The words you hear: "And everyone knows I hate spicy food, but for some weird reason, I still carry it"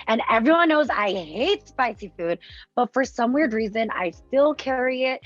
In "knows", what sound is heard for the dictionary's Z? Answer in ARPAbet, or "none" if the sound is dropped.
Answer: Z